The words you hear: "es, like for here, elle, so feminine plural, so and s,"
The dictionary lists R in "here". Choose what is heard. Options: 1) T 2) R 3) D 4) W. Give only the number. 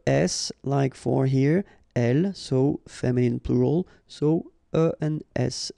2